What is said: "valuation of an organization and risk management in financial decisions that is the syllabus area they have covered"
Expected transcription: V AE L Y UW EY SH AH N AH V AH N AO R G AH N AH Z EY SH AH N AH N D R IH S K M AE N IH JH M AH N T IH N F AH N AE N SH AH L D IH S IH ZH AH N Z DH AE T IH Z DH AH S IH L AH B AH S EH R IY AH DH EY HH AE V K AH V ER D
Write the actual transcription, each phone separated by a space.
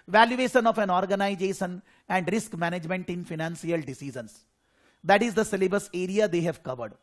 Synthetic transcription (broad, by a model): V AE L Y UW EY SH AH N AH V AH N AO R G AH N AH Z EY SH AH N AH N D R IH S K M AE N IH JH M AH N T IH N F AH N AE N S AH L D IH S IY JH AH N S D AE T IH Z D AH S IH L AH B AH S EH R IY AH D EY HH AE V K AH V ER D